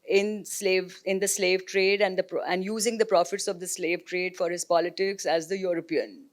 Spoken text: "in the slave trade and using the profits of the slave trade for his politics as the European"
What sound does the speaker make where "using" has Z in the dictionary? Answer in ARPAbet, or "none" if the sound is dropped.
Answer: Z